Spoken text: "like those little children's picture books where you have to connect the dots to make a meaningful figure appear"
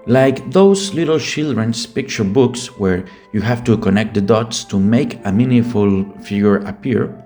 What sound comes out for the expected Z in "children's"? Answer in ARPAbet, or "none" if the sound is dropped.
S